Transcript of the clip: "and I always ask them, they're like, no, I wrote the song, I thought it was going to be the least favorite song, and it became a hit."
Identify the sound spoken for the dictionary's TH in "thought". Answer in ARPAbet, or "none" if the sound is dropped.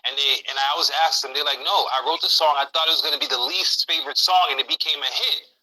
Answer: TH